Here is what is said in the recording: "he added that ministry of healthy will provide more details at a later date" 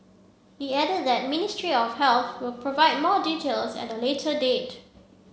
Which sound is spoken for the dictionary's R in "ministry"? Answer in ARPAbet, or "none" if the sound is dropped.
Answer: R